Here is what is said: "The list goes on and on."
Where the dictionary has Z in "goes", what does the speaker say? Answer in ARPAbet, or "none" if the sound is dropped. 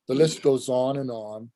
Z